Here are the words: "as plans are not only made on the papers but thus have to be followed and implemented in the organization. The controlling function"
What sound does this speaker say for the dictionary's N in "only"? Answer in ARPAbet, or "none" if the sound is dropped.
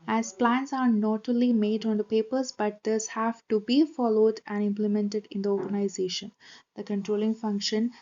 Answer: none